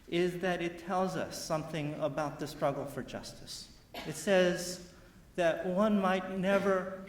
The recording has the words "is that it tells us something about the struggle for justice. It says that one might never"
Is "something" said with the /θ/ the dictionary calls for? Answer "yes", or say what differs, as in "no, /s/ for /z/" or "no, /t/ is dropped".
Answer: yes